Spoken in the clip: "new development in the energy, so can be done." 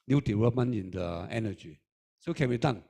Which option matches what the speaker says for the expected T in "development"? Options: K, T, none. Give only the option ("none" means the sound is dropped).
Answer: none